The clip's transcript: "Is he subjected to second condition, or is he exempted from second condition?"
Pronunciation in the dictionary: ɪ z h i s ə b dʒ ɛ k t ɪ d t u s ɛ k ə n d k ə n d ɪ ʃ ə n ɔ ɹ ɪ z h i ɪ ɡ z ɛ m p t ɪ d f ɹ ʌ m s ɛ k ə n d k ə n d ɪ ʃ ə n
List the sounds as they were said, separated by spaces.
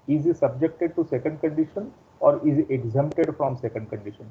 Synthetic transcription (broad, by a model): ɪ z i s ə b dʒ ɛ k t ɪ d t u s ɛ k ə n d k ə n d ɪ ʃ ə n ɔ ɹ ɪ z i ɪ ɡ z ɛ m p t ɪ d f ɹ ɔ m s ɛ k ə n d k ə n d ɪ ʃ ə n